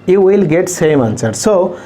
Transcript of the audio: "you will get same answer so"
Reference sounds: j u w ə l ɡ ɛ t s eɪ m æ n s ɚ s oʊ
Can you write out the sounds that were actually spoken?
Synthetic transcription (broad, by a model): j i w ə l ɡ ɛ t s eɪ m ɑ n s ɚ s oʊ